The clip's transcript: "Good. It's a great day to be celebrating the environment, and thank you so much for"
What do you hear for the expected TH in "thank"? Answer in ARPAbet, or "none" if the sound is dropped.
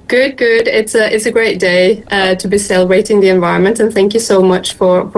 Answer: TH